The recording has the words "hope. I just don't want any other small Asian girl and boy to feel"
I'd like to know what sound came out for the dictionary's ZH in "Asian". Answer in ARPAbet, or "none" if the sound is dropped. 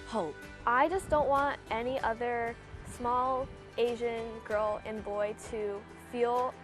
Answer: ZH